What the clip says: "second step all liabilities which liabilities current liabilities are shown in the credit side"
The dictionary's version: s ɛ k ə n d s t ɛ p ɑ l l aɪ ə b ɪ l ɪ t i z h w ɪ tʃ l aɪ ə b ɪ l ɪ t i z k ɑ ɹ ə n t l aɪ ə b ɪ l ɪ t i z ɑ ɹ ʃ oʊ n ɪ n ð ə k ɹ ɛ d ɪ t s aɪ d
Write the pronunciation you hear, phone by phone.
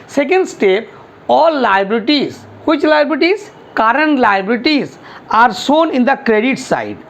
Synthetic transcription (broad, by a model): s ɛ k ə n d s t ɛ p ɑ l l aɪ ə b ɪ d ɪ t i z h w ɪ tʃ l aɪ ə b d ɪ t i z k ɑ ɹ ə n t l aɪ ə b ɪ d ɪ t i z ɑ ɹ s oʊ n ɪ n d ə k ɹ ɛ d ɪ t s aɪ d